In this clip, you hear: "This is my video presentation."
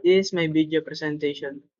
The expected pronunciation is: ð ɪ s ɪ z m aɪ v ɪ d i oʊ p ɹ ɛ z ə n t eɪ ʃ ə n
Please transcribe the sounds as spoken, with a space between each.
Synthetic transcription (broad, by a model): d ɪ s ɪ s m aɪ b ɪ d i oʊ p ɹ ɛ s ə n t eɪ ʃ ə n